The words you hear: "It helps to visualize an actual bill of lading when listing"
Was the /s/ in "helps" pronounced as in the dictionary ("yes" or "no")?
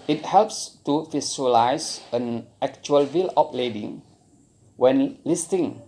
yes